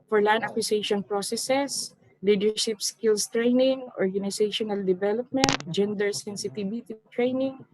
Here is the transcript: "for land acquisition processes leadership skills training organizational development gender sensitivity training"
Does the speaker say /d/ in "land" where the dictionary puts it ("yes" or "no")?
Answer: no